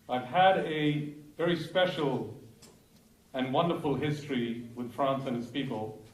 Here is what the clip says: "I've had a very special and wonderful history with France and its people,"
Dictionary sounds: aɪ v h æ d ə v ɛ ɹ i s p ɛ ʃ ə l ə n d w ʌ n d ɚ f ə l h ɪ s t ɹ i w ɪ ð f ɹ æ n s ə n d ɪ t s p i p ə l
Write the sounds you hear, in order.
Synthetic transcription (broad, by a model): aɪ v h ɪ d ə v ɛ ɹ i s p ɛ ʃ l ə n w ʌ n d ɚ f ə l h ɪ s t ɹ i w ɪ ð f ɹ æ n s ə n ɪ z p i p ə l